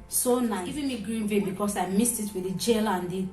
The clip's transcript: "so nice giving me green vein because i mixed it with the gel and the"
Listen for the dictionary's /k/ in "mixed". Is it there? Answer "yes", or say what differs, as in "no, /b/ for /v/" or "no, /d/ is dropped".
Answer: no, /k/ is dropped